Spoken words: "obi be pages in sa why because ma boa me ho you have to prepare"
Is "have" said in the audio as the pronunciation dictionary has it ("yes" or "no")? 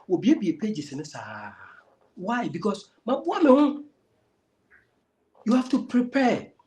no